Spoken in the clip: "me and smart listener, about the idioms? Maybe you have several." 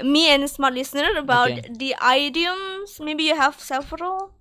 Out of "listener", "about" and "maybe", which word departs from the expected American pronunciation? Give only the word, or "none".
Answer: none